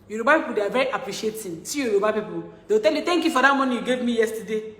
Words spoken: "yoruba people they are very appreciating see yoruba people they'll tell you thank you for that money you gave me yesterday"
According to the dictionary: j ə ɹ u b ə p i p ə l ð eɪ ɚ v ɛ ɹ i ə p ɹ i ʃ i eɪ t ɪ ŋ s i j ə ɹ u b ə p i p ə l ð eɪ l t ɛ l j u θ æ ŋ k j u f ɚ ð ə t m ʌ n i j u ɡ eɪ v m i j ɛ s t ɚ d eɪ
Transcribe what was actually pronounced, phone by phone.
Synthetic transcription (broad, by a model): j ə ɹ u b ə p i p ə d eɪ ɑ v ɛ ɹ i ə p ɹ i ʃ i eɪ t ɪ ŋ s i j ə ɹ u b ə p i p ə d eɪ w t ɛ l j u t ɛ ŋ k j u f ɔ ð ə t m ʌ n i j u ɡ eɪ v m i j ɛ s t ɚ d eɪ